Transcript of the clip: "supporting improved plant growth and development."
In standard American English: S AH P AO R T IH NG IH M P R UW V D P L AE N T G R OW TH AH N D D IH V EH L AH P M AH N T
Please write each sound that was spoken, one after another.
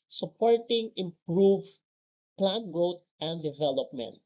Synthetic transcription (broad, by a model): S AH P AO R T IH NG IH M P R UW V P L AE N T G R OW T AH N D D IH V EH L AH P M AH N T